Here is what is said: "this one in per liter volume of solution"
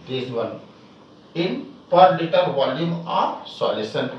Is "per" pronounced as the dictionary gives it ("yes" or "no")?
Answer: yes